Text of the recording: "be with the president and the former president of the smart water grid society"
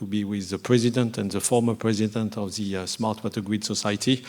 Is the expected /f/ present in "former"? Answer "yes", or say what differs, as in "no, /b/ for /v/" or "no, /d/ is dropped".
yes